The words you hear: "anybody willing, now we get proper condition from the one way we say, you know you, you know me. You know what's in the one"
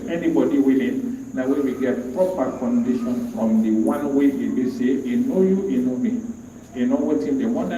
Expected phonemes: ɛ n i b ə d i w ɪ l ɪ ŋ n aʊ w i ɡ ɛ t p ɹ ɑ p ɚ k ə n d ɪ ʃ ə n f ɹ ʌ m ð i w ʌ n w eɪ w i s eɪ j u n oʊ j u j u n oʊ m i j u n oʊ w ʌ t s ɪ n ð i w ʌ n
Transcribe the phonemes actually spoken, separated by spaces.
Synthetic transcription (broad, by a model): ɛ n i b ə d i w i l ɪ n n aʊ w i ɡ ɛ t p ɹ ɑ p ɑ k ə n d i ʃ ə n f ɹ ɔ m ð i w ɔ n w eɪ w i s eɪ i n oʊ j u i n oʊ m i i n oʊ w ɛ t ɪ n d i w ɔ n